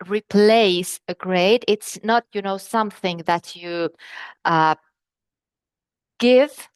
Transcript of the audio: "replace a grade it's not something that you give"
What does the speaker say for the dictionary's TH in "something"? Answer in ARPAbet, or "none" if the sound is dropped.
TH